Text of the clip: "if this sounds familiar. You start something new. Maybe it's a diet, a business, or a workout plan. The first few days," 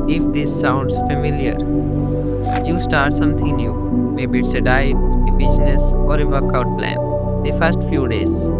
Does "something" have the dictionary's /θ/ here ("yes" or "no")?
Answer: no